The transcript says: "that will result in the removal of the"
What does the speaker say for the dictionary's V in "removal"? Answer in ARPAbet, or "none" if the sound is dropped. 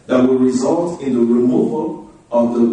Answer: V